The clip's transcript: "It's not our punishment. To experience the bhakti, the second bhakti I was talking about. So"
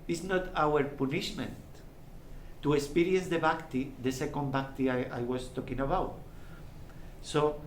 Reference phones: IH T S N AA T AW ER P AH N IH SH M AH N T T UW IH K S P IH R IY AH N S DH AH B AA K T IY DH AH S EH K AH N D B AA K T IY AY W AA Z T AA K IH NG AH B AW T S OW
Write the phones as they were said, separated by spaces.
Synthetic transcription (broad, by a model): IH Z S N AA T AW ER P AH N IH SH M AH N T T UW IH K S P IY R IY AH N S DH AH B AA K T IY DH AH S EH K AH N D B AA K T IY AY W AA S T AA K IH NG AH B AW T S OW